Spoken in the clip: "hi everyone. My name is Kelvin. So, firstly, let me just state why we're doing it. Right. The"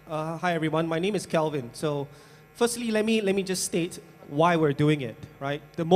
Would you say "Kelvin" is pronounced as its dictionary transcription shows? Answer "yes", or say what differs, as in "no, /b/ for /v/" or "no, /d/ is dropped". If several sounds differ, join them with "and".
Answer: yes